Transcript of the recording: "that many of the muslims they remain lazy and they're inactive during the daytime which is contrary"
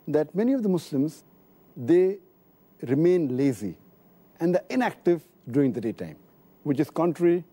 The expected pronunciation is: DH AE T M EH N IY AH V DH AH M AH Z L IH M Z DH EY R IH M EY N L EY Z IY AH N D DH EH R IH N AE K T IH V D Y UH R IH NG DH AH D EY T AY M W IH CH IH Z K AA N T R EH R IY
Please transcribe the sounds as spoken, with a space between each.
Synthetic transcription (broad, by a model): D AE T M EH N IY AH V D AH M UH S L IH M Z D EY R IH M EY N L EY Z IY AH N D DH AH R IH N AE K T IH V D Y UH R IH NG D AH D EY T AY M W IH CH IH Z K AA N T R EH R IY